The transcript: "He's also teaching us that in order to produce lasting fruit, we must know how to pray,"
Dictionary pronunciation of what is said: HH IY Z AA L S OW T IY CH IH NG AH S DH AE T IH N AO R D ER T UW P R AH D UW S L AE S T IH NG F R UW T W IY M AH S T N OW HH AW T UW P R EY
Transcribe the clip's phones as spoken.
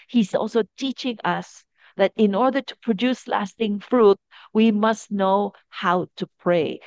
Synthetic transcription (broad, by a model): HH IY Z AA L S OW T IY CH IH NG AH S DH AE T IH N AO R D ER T UW P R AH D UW S L AE S T IH NG F R UW T W IY M AH S T N OW HH AW T UW P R EY